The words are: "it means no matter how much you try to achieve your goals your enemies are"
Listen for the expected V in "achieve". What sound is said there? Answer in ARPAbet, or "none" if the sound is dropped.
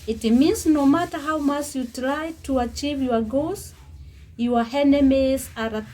V